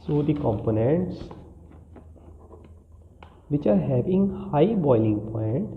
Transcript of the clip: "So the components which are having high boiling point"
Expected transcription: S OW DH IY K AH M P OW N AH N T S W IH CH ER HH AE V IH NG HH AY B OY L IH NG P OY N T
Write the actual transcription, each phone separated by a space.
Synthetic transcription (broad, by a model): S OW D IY K AH M P OW N AH N T S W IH CH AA HH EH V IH NG HH AY B OY L IH NG P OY N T